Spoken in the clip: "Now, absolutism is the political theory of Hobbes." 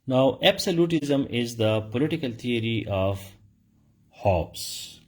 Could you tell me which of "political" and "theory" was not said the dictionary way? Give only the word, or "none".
theory